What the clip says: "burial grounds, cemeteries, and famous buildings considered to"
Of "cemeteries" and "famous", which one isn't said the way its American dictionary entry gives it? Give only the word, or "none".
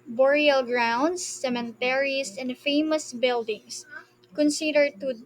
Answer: cemeteries